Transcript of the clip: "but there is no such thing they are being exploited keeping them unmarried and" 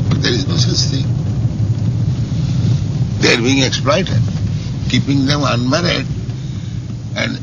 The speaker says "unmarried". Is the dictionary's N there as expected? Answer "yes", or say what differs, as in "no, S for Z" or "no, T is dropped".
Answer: yes